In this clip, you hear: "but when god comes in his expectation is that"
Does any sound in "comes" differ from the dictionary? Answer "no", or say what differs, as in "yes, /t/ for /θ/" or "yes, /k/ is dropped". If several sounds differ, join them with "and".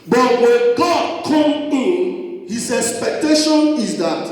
yes, /z/ is dropped